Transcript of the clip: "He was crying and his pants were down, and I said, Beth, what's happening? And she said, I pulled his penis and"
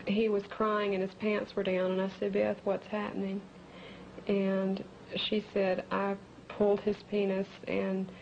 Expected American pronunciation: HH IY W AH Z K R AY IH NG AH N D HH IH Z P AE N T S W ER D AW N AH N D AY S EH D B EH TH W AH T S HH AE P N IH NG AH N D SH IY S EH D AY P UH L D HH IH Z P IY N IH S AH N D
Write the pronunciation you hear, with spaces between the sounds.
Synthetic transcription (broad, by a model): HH IY W AH Z K R AY IH NG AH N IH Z P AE N S ER D AW N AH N AY S EH D B EH TH W AH T S HH AE P N IH NG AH N SH IY S EH D AY P UH L D IH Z P IY N IH S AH N